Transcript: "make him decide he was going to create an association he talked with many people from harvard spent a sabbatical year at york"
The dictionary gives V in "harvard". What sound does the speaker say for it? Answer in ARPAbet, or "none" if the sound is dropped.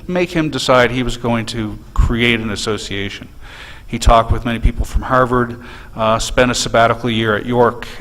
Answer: V